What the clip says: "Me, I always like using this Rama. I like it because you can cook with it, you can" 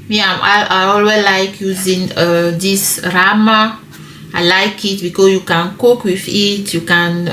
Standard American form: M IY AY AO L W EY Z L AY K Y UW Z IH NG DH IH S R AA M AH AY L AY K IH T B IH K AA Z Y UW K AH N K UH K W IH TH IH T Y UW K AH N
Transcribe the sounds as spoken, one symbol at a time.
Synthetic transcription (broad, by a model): M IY AY AO L W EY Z L AY K Y UW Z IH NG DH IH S R AA M AH AY L AY K IH T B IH K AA Y UW K AH N K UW K W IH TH IH T Y UW K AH N